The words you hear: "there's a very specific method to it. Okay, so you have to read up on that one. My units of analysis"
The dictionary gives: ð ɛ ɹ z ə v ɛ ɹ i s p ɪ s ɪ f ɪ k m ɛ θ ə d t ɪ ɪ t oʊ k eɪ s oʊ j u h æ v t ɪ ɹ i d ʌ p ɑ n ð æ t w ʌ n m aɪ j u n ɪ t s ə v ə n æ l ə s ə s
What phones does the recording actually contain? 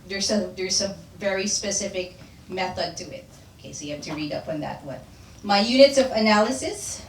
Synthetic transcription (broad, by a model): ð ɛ ɹ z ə v ɛ ɹ i s p ɪ s ɪ f ɪ k m ɛ θ ə d t ɪ ɪ t oʊ k eɪ s oʊ j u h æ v t ɪ ɹ i d ʌ p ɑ n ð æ t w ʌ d m aɪ j u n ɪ t s ə v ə n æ l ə s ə s